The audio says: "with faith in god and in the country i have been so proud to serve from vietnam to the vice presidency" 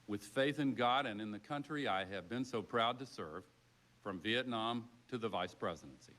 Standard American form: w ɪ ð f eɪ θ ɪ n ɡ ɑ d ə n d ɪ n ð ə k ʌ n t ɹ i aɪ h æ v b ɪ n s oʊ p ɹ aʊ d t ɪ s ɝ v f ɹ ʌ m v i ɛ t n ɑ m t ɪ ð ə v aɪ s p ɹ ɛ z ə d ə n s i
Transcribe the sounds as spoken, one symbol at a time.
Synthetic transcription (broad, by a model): w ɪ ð f eɪ θ ɪ n ɡ ɑ d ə n ɪ n ð ə k ʌ n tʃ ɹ i aɪ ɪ v b ɪ n s oʊ p ɹ aʊ d t ɪ s ɝ v f ɹ ʌ m v i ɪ t n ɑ m t ɪ ð ə v aɪ s p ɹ ɛ z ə d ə n s i